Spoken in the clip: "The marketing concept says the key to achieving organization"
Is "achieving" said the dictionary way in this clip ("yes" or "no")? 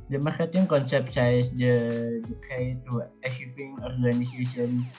no